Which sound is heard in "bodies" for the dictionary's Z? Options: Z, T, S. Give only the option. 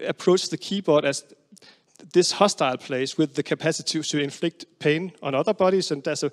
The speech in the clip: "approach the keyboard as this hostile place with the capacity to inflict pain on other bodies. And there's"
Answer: S